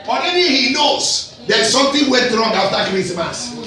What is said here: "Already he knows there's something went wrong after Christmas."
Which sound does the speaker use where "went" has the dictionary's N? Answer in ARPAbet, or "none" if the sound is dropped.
none